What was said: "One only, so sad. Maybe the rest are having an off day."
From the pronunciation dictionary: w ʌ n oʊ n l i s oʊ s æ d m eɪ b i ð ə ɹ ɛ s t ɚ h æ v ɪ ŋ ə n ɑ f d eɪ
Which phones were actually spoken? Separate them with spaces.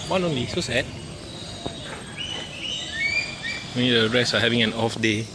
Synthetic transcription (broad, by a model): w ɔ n oʊ n l i s oʊ s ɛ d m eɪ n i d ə ɹ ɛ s ɑ h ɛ v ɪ ŋ ə n ɑ f d eɪ